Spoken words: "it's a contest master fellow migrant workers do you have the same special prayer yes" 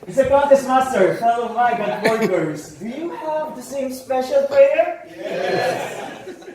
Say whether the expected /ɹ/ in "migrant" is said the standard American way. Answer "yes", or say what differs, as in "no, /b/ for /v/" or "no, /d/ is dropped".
no, /w/ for /ɹ/